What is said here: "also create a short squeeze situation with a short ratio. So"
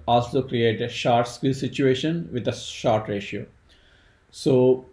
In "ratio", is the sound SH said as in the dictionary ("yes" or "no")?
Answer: yes